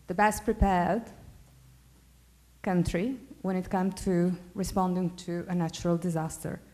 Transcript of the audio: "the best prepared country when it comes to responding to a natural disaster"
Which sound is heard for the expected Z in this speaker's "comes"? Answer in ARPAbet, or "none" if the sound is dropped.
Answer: none